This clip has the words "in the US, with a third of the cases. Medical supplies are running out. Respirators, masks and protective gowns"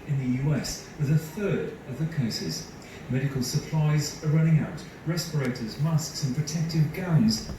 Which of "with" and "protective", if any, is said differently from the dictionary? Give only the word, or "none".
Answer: none